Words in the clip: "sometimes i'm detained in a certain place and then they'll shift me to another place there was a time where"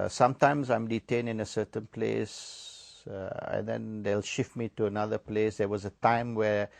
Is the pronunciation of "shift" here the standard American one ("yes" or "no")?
yes